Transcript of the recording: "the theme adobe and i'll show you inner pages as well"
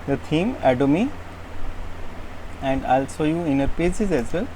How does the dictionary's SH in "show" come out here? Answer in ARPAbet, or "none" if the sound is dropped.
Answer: S